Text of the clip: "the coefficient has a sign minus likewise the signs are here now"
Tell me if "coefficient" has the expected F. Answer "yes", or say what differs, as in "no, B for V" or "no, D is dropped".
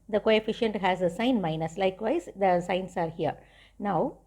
yes